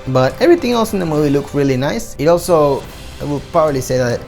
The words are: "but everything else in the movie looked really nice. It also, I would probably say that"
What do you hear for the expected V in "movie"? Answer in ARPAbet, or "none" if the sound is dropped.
V